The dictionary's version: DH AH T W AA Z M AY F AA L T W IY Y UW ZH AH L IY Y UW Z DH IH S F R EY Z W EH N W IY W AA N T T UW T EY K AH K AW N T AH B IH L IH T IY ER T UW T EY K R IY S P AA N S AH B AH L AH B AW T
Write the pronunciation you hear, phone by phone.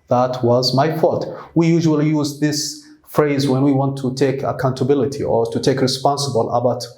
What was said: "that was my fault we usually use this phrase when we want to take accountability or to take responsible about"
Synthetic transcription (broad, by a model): DH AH T W AA Z M AY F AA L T W IY Y UW ZH AH L IY Y UW Z DH IH S F R EY Z W EH N W IY W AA N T T UW T EY K AH K AW N T AH B IH L IH T IY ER T UW T EY K R IY S P AA N S AH B AH L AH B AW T